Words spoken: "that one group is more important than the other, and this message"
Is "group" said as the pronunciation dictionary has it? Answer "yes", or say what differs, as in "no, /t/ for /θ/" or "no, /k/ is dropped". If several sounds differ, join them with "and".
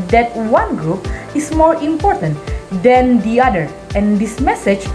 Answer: yes